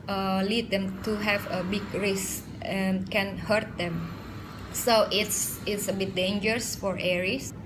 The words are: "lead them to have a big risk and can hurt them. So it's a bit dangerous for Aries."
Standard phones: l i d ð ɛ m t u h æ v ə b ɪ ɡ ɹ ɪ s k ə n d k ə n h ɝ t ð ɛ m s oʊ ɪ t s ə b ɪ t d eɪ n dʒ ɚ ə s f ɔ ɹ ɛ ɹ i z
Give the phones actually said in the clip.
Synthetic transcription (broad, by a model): l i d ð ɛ m t u h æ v ə b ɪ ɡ ɹ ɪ s ə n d k ə n h ɝ t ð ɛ m s oʊ ɪ t s ə b ɪ t d eɪ n dʒ ɚ ə s f ɔ ɹ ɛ ɹ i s